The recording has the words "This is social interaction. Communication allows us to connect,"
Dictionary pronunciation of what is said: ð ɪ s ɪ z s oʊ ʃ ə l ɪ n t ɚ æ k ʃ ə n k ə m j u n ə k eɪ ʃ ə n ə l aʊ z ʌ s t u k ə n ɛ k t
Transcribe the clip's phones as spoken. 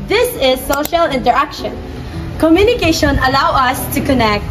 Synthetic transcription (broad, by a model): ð ɪ s ɪ z s oʊ ʃ ə l ɪ n t ɚ æ k ʃ ə n k ə m j u n ə k eɪ ʃ ə n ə l aʊ ʌ s t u k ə n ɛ k t